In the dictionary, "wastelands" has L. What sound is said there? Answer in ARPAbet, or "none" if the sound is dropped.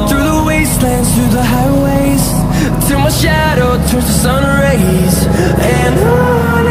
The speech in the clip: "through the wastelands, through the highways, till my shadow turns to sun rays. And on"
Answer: L